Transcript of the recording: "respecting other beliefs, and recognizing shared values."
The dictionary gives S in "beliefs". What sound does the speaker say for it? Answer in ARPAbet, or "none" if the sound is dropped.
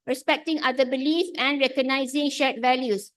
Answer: none